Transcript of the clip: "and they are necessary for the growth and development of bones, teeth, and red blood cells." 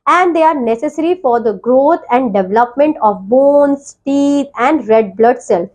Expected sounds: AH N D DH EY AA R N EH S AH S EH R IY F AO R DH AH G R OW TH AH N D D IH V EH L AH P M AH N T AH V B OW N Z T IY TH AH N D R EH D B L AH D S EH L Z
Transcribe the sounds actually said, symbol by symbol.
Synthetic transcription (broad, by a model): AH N D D EY AA R N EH S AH S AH R IY F AO R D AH G R OW T AH N D D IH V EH L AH P M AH N T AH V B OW N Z T IY T AH N D R EH D B L AH D S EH L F